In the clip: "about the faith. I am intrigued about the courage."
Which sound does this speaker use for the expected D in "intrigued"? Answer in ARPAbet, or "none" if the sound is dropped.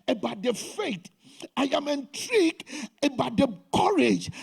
none